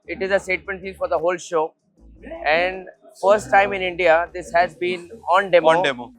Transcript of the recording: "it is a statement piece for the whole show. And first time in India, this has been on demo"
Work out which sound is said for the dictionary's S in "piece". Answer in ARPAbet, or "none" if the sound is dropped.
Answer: none